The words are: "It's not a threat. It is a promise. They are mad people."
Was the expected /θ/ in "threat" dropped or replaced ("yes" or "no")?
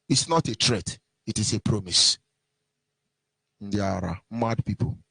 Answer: yes